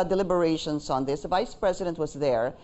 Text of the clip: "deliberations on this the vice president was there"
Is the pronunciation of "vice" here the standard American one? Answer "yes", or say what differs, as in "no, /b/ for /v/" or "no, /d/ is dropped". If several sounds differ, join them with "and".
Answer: yes